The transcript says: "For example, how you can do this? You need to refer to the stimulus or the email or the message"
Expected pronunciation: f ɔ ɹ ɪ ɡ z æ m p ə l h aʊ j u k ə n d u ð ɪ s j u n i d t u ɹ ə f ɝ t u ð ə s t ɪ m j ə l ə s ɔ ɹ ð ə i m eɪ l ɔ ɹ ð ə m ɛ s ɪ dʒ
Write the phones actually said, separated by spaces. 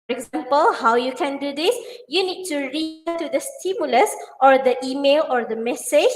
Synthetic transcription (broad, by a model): ɔ ɹ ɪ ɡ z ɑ m p ə l h aʊ j u k ə n d u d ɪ s j u n i d t u ɹ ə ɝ t u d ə s t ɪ m j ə l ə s ɔ ɹ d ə i m eɪ l ɔ ɹ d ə m ɛ s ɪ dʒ